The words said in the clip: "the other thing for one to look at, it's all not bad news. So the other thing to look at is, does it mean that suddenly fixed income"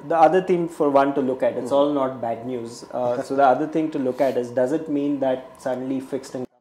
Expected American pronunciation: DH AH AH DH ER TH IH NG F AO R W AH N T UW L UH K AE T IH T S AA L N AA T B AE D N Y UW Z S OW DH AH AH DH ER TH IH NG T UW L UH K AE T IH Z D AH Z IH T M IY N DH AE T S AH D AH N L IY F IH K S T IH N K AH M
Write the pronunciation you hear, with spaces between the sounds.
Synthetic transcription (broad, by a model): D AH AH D ER T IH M F AO R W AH N T UW L UH K AE T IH S AA L N AA T B AE D N Y UW Z S OW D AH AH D ER T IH NG T UW L UH K AE T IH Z D AH Z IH T M IY N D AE T S AH D AH N L IY F IH K S T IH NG